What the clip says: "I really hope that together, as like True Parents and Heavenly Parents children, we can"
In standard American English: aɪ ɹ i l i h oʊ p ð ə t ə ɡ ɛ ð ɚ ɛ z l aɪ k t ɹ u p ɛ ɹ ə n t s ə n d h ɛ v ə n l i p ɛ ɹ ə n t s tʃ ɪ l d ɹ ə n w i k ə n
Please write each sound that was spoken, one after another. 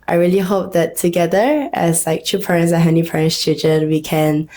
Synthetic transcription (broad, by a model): aɪ ɹ i l i h oʊ p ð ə t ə ɡ ɛ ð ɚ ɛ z l aɪ k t u p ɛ ɹ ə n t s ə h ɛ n i p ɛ ɹ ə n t s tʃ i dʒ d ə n w i k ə n